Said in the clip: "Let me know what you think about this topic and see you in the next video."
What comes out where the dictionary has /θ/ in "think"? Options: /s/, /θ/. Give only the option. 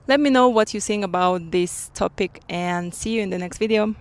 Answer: /s/